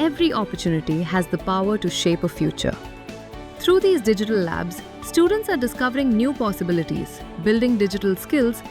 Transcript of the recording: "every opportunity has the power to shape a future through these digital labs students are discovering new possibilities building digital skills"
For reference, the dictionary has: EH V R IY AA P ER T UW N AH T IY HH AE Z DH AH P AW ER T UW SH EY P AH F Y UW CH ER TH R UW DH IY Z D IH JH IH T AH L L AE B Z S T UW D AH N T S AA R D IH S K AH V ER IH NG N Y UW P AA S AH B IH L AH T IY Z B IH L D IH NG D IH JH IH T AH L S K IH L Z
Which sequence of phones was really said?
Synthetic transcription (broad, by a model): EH V R IY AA P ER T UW N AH T IY HH AE Z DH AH P AW ER T UW SH EY P AH F Y UW CH ER T R UW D IY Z D IH JH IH T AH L L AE B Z S T UW D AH N T S AA R D IH S K AH V ER IH NG N Y UW P AA S AH B IH L AH T IY Z B IH L D IH NG D IH JH IH T AH L S K IH L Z